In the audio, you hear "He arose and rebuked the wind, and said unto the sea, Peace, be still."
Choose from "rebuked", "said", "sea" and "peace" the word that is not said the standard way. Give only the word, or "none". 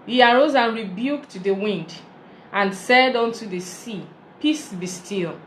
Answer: none